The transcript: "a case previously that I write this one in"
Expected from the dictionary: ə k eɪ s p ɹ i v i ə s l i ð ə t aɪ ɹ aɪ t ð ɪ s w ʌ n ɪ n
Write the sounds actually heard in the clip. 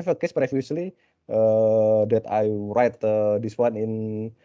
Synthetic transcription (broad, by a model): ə k eɪ s p ɹ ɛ f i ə s l i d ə t aɪ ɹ aɪ t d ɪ s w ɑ n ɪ n